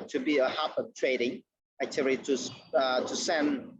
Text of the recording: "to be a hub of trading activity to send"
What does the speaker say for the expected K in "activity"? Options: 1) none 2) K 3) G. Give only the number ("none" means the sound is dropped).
1